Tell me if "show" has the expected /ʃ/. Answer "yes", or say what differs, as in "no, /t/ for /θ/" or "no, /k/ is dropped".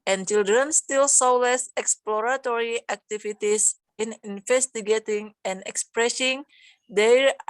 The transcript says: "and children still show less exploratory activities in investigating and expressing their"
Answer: no, /s/ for /ʃ/